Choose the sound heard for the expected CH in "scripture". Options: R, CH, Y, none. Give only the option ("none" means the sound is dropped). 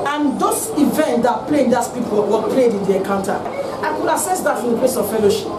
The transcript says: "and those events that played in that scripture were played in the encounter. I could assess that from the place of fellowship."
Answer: none